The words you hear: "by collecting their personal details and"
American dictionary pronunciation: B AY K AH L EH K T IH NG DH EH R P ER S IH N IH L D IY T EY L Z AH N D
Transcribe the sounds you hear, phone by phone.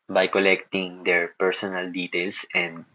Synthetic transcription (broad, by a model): B AY K AH L EH K T IH NG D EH R P ER S IH N IH L D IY T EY L S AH N D